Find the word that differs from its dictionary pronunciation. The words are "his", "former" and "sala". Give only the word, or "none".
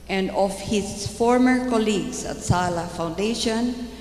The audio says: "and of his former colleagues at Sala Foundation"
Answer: his